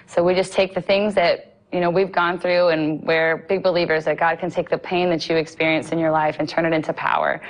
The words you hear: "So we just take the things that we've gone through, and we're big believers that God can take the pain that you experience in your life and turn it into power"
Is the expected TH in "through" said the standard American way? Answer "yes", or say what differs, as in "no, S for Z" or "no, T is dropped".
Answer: yes